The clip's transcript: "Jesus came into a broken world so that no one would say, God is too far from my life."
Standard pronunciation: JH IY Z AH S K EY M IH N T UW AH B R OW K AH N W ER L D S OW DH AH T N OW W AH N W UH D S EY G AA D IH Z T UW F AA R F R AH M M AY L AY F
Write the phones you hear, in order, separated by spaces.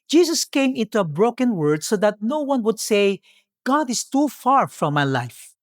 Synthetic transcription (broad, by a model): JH IY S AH S K EY M IH N T UW AH B R OW K AH N W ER D S OW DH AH T N OW W AH N W UH D S EY G AA D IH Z T UW F AA R F R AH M M AY L AY F